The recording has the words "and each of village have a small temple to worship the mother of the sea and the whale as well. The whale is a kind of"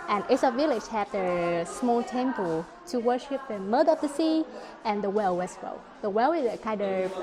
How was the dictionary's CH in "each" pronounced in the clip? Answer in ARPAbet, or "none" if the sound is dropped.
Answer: S